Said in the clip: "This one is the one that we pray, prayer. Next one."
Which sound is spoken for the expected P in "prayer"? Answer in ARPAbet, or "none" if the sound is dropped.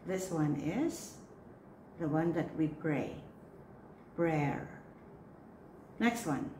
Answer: B